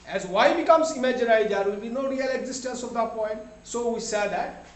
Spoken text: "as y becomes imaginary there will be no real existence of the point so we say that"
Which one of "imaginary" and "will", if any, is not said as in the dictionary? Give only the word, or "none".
imaginary